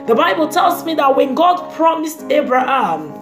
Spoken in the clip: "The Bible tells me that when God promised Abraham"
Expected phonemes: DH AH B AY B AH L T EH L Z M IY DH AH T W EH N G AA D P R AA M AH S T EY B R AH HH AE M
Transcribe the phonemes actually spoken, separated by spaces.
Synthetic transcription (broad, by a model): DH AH B AY B AH L T EH L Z M IY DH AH T W EH N G AA D P R AA M AH S T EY B R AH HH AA M